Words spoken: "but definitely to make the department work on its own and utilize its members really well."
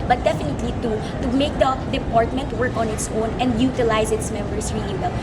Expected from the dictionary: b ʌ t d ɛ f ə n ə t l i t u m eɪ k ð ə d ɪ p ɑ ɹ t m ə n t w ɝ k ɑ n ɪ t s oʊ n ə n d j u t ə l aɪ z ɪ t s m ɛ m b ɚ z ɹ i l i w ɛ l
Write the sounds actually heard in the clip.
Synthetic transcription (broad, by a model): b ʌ t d ɛ f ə n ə t l i t u m eɪ k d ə d ɪ p ɑ ɹ t m ə n t w ɝ k ɑ n ɪ t s oʊ n ə n d j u t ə l aɪ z ɪ t s m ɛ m b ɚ s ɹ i i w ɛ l